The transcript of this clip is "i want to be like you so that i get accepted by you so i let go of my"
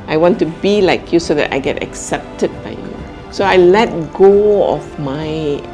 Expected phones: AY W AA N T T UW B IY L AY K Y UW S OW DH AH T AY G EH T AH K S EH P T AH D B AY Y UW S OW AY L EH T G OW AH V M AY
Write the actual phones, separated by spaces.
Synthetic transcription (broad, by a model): AY W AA N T T UW B IY L AY K Y UW S OW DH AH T AY G EH T AH K S EH P T AH D B AY Y UW S OW AY L EH T G OW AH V M AY